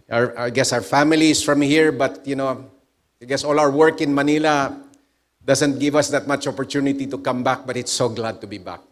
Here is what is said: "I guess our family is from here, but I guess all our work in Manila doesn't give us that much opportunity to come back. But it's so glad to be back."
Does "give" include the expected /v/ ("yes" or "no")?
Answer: yes